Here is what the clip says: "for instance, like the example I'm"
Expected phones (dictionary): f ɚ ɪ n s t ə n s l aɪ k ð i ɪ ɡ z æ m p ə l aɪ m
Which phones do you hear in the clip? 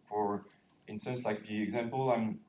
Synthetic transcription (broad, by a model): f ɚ ɪ n s t ə n s l aɪ k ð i ɪ ɡ z æ m p ə l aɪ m